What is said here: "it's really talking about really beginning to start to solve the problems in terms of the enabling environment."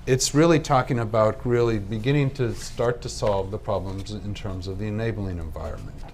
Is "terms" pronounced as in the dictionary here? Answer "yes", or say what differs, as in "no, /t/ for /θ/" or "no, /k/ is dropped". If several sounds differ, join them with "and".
yes